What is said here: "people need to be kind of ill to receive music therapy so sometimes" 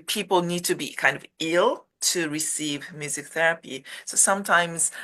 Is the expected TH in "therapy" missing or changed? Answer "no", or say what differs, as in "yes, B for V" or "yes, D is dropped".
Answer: no